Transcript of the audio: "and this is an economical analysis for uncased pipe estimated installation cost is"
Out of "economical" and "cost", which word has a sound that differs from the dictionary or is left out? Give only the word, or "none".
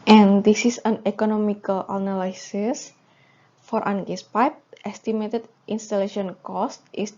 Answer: none